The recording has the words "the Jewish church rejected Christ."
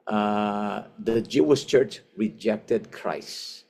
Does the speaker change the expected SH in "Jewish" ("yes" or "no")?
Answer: yes